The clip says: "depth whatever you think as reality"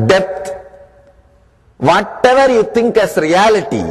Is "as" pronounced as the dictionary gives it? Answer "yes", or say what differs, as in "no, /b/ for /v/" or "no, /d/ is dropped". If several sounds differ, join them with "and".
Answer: no, /s/ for /z/